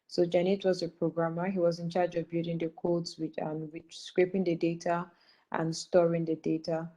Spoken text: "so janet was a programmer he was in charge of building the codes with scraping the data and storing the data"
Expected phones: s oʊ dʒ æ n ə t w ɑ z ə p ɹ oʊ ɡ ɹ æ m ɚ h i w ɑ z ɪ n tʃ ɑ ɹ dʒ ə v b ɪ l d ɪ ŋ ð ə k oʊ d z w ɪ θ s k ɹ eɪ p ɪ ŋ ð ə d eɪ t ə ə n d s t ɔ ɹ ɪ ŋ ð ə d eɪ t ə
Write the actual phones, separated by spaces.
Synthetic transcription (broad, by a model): s oʊ dʒ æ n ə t w ɑ z ə p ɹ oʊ ɡ ɹ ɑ m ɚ h i w ɑ z ɪ n tʃ ɑ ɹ dʒ ə v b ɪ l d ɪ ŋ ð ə k oʊ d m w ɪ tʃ s k ɹ eɪ p ɪ ŋ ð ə d eɪ t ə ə n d s t ɔ ɹ ɪ ŋ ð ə d eɪ t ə